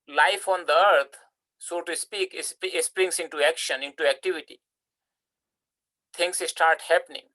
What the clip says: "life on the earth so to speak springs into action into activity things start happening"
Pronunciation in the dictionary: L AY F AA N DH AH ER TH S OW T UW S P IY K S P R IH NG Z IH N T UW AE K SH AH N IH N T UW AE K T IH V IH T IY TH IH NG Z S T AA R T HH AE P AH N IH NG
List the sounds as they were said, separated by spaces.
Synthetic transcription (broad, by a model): L AY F AA N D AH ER T S OW T UW S P IY K S P R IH NG S IH N T UW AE K SH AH N IH N T UW AE K T IH V IH T IY T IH NG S S T AA R T HH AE P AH N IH NG